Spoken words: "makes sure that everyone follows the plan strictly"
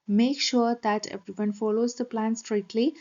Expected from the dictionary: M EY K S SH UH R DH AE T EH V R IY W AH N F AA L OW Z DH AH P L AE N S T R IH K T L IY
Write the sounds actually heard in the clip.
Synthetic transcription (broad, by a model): M EY K SH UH R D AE T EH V IY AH N F AA L OW Z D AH P L AE N S T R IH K T L IY